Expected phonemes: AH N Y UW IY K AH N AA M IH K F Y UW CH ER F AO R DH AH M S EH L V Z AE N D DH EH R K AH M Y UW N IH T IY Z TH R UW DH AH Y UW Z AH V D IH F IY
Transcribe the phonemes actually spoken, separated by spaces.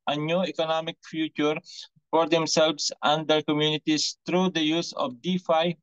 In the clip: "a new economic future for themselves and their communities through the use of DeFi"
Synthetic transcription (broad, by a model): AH N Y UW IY K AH N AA M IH K F Y UW CH ER F AO R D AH M S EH L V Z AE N D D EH R K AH M Y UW N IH T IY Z T R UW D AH Y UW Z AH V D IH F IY